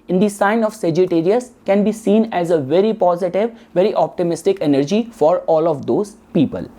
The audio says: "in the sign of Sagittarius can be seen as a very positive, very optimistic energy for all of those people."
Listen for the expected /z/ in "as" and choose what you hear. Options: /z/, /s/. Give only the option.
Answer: /z/